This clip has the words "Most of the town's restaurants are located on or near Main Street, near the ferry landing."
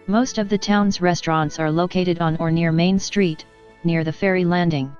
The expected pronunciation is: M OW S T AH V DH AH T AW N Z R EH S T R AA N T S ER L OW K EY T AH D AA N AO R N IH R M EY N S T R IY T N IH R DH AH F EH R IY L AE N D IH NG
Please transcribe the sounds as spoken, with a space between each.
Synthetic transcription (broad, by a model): M OW S T AH V DH AH T AW N Z R EH S T R AA N T S ER L OW K EY T AH D N AO R N IH R M EY N S T R IY T N IH R DH AH F EH R IY L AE N D IH NG